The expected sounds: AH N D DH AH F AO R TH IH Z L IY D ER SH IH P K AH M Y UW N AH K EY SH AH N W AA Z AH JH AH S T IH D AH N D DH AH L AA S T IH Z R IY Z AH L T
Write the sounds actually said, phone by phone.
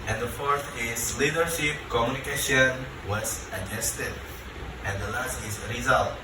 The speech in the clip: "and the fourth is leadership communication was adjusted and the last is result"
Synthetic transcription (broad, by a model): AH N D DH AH F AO R T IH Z L IY D ER SH IH P K AH M Y UW N AH K EY SH AH N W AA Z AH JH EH S T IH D AH N D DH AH L AA S T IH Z R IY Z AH L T